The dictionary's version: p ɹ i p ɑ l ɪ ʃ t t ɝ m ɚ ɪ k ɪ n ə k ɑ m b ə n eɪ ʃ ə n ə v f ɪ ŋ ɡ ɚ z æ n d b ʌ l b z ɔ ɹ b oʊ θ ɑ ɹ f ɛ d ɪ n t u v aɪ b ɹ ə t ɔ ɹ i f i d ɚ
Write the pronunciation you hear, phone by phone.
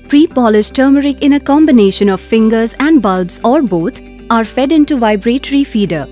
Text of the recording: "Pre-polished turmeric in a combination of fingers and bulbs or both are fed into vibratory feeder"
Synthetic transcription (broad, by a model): p ɹ i p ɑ l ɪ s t t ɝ m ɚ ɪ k ɪ n ə k ɑ m b ə n eɪ ʃ ə n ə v f ɪ ŋ ɡ ɚ z æ n d b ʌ l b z ɔ ɹ b oʊ t ɑ ɹ f ɛ d ɪ n t u v aɪ b ɹ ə t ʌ ɹ i f i d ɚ